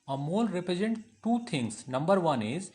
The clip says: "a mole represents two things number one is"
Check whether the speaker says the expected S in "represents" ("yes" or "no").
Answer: no